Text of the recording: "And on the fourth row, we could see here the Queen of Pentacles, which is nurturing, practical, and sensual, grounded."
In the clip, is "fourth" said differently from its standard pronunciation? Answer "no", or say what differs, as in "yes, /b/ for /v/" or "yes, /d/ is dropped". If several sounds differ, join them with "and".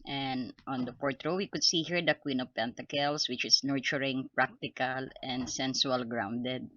yes, /p/ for /f/ and /t/ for /θ/